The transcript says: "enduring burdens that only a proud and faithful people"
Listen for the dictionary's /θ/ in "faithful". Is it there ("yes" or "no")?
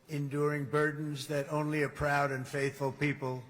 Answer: yes